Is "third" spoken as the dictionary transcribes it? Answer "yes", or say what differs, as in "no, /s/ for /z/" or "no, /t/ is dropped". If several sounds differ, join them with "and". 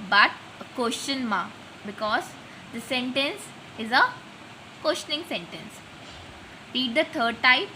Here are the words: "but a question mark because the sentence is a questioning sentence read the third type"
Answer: no, /t/ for /θ/